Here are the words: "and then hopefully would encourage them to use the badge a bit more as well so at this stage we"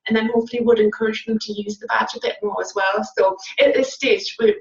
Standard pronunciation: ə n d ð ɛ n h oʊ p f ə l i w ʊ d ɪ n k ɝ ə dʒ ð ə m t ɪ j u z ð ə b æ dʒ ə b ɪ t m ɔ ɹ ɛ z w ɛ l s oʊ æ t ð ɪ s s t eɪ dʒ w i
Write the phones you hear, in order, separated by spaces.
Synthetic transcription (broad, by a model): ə n ð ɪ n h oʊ f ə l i w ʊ d ɪ n k ɝ ə dʒ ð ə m t ɪ j u z ð ə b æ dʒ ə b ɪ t m ɔ ɹ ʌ z w ɛ l s oʊ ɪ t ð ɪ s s t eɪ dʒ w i